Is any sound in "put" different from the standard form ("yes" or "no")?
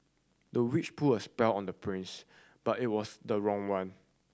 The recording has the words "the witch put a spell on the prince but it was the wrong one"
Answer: yes